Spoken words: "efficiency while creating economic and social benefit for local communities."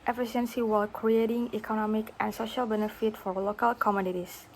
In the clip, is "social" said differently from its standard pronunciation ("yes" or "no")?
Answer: no